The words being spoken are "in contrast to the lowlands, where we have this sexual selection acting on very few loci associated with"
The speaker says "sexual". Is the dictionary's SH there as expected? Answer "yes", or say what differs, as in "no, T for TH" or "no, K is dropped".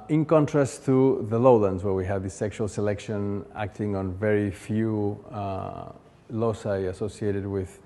yes